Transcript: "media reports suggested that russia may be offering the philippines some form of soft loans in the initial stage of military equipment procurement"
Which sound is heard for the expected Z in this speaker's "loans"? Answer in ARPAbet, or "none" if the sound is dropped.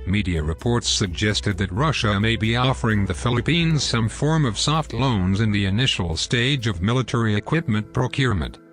Z